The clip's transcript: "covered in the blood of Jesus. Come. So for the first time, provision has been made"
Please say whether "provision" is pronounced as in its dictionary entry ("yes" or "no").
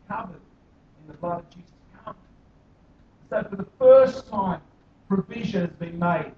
yes